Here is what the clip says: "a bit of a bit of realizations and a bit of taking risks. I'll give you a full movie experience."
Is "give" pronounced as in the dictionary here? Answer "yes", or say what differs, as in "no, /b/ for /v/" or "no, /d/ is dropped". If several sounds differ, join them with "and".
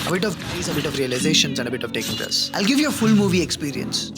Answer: yes